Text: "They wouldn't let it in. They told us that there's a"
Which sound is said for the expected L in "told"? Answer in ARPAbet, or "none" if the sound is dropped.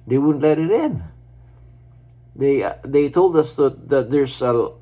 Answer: L